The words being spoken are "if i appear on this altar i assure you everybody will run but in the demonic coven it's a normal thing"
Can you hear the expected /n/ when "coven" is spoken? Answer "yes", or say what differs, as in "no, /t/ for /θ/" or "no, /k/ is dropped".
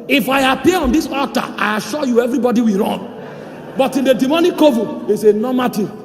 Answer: no, /n/ is dropped